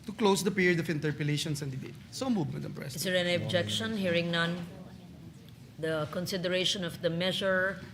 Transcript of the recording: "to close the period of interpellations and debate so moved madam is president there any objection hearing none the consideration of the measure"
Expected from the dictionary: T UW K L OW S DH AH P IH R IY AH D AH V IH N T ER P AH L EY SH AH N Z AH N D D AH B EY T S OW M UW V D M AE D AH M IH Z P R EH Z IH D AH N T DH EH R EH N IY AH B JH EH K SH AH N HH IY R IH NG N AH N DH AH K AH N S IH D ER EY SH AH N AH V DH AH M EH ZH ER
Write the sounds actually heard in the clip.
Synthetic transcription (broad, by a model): T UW K L OW S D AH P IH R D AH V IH N T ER P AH L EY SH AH N S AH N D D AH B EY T S OW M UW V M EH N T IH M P R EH S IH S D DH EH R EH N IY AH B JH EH K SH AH N HH IY R IH NG N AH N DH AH K AH N S IH D ER EY SH AH N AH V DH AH M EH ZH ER